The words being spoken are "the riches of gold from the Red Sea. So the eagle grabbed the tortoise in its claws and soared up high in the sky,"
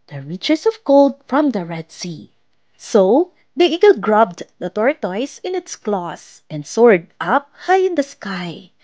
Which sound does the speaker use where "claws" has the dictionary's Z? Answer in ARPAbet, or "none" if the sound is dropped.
S